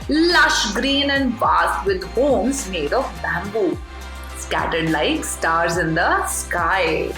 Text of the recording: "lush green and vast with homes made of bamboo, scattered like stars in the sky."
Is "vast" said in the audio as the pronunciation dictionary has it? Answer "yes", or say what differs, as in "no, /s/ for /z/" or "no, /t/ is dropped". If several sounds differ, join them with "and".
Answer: no, /s/ is dropped